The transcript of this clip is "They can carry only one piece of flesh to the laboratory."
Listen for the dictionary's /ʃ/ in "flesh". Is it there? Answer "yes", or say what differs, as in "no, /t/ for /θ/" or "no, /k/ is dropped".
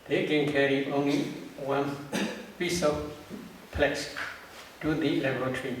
no, /s/ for /ʃ/